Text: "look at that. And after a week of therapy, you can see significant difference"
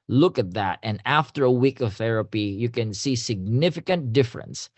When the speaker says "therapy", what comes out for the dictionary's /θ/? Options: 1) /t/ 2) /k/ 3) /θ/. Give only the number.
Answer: 3